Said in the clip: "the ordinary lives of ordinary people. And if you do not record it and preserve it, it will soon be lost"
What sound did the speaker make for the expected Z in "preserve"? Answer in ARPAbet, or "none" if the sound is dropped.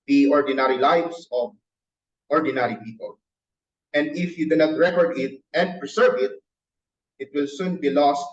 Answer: S